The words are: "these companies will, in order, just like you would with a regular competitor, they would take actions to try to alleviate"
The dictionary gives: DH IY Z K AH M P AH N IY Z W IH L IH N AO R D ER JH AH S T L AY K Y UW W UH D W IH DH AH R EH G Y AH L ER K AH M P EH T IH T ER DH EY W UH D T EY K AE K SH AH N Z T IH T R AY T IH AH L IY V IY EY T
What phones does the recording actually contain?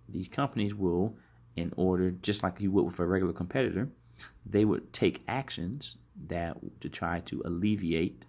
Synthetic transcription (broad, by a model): DH IY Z K AH M P AH N IY Z W IH L IH N AO R D ER JH AH S T L AY K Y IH W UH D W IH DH AH R EH G Y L ER K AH M P EH T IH T ER DH EY W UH D T EY K AE K SH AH N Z T IH T R AY T IH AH L IY V IY EY T